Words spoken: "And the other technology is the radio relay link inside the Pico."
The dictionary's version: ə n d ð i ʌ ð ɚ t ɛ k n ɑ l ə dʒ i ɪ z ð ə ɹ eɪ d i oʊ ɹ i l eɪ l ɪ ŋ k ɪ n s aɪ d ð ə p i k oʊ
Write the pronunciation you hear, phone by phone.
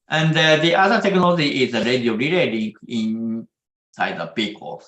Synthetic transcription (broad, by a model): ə n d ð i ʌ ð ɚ t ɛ k n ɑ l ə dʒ i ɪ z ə ɹ eɪ d i oʊ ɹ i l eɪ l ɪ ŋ ɪ n s aɪ d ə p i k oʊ